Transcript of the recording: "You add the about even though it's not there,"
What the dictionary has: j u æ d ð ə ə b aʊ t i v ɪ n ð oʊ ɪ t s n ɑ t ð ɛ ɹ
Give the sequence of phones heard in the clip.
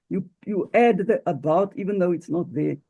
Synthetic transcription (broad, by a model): j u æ d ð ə ə b aʊ t i v ɪ n ð oʊ ɪ t s n ɑ t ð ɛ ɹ